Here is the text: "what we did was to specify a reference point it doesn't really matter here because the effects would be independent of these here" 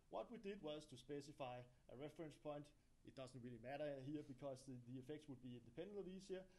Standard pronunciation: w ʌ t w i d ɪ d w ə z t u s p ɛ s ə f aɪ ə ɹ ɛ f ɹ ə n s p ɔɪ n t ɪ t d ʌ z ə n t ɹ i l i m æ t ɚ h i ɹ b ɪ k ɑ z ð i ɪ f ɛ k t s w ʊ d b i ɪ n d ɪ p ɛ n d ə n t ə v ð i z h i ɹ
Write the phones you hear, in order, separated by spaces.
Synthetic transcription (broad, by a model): w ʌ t w i d ɪ d w ə z t u s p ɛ s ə f aɪ ə ɹ ɛ f ɹ ə n s p ɔɪ n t ɪ t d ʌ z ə n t ɹ i l i m æ t ɚ h i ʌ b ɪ k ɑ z ð i ɪ f ɛ k t s w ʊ d b i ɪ n d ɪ p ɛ n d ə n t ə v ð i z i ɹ